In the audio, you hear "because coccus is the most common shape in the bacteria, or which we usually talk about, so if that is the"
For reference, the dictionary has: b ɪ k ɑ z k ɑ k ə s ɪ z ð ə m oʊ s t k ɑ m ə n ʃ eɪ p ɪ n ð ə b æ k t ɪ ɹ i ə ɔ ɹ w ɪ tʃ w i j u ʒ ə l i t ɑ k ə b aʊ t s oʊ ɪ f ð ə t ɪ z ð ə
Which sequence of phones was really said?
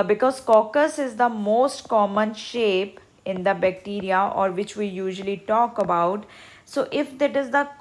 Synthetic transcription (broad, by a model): b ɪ k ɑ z k ɑ k ə s ɪ z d ə m oʊ s t k ɑ m ə n ʃ eɪ p ɪ n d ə b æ k t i ɹ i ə ɔ ɹ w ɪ tʃ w i j u ʒ ə l i t ɑ k ə b aʊ t s oʊ ɪ f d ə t ɪ z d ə